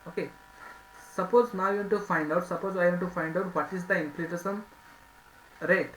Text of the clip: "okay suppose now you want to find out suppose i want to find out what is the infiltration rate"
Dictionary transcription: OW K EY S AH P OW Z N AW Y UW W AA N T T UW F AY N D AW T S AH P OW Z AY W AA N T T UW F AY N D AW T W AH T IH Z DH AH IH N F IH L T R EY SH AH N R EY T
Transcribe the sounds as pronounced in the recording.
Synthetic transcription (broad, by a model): OW K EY S AH P OW Z N AW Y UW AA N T T UW F AY N D AW T S AH P OW Z AY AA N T T UW F AY N D AW T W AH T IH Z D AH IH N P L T EY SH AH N R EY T